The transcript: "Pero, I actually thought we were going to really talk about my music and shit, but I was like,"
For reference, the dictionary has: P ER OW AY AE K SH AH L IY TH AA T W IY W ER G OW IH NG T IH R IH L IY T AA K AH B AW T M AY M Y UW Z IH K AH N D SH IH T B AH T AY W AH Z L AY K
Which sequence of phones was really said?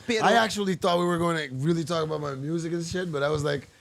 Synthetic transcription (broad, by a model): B AY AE K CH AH L IY TH AA T W IY W ER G OW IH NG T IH R IH L IY T AA K AH B AW T M AY M Y UW Z IH K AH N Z SH IH T B AH T AY W AH Z L AY K